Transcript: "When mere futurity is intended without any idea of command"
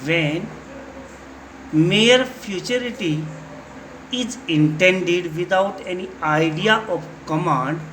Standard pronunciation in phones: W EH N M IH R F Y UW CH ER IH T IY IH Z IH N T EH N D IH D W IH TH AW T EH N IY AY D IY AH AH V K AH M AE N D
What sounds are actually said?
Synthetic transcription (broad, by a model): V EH N M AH R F Y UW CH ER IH T IY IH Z IH N T EH N D IH D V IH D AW T EH N IY AY D IY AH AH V K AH M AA N D